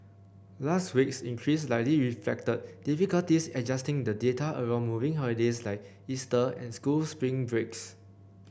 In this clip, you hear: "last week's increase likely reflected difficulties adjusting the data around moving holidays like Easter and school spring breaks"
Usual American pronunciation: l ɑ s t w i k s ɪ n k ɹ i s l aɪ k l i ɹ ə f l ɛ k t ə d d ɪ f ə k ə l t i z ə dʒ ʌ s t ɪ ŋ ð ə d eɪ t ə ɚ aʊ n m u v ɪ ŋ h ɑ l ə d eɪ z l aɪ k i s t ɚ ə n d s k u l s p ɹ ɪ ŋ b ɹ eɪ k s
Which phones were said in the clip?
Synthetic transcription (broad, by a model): l ɑ s t w i k s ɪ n k ɹ i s l aɪ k l i ɹ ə f l ɛ k t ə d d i f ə k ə l t i s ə dʒ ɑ s t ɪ ŋ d ə d eɪ t ə ɚ aʊ n m u v ɪ ŋ h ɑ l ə d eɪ s l aɪ k i s t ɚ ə n s k u l s p ɹ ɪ ŋ b ɹ eɪ k s